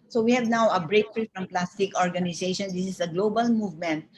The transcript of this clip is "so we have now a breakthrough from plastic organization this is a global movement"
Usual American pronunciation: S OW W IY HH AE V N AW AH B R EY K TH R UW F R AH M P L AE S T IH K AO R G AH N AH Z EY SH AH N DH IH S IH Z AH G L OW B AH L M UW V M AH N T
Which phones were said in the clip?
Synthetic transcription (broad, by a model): S OW W IY HH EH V N AW AH B R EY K F R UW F R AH M P L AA S T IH K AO R G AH N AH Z EY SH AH N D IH S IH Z AH G L OW B AH L M UW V M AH N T